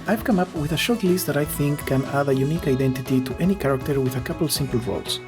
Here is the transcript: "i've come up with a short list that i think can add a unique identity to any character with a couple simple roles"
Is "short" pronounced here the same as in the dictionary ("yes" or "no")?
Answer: yes